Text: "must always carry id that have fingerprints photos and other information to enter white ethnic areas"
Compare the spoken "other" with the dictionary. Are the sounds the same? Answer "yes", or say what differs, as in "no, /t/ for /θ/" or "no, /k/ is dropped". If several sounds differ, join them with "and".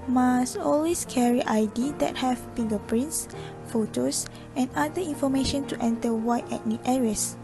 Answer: no, /ð/ is dropped